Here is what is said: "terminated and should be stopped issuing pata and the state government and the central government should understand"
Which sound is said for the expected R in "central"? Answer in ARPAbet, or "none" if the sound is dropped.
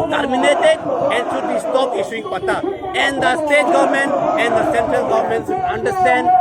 R